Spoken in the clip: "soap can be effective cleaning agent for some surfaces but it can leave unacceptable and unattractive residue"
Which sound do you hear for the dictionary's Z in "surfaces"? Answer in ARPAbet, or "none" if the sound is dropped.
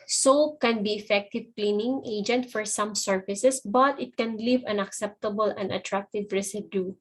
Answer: S